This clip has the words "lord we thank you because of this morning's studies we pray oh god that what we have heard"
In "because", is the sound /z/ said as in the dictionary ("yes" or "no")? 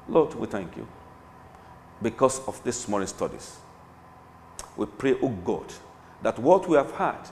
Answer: no